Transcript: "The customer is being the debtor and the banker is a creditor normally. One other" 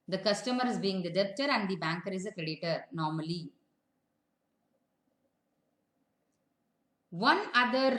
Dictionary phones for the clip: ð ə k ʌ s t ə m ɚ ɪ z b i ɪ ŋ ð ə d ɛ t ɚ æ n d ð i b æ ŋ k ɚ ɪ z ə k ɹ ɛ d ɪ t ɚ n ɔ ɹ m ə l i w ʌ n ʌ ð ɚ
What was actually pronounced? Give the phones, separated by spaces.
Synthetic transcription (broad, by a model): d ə k ʌ s t ə m ɚ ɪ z b i ɪ ŋ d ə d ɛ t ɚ æ n d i b æ ŋ k ɚ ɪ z ə k ɹ ɛ d ɪ t ɚ n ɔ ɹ m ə l i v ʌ n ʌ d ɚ